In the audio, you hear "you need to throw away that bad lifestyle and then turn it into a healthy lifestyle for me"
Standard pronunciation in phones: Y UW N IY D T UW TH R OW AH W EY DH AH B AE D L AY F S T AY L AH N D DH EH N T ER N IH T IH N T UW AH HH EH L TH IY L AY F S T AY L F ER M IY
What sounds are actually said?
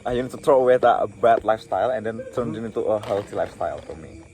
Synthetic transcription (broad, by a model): Y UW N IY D T UW T R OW AH W EY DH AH B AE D L AY F S T AY L AH N D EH N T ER N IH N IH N T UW AH HH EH L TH IY L AY F S T AY L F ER M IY